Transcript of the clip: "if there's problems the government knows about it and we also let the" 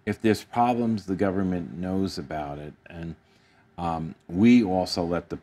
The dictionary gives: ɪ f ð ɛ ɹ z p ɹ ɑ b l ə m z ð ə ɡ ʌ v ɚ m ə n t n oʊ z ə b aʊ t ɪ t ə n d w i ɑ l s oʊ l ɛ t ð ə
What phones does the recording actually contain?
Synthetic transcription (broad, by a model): ɪ f ð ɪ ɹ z p ɹ ɑ b l ə m z ð ə ɡ ʌ v ɚ m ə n n oʊ z ə b aʊ t ɪ t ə n w i ɑ l s oʊ l ɛ t ð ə